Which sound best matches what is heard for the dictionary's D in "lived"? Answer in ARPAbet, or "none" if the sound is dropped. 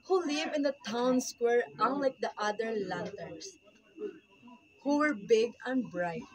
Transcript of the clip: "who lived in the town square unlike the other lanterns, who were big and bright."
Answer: none